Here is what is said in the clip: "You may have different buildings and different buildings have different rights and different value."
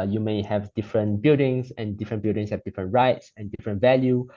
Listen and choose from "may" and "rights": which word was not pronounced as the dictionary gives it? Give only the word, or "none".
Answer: none